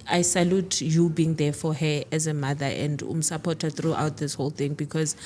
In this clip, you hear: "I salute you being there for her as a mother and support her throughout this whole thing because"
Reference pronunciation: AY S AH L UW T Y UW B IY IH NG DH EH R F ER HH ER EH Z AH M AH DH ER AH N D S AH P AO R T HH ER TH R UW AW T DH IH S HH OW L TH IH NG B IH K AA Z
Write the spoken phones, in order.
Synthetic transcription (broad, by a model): AY S AH L UW T Y UW B IY NG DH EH F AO HH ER EH Z AH M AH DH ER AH N D S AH P AO T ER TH R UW AW T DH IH S HH OW L TH IH NG B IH K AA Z